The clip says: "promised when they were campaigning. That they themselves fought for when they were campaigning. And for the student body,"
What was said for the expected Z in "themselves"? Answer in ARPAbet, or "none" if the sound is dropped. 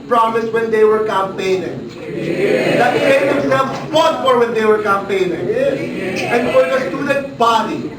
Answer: none